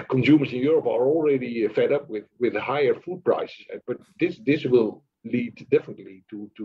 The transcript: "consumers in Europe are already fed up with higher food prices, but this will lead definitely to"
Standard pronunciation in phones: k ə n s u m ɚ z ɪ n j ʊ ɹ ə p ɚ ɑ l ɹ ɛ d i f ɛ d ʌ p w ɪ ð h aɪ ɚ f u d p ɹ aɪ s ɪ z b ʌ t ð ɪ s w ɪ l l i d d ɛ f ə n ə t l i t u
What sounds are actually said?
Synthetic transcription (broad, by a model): k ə n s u m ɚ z ɪ n j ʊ ɹ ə p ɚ ɑ l ɹ ɛ d i f ɛ d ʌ p w ɪ ð h aɪ ɚ f u d p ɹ aɪ s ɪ b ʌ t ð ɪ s w ɪ l l i d d ɛ f ə n ə t l i t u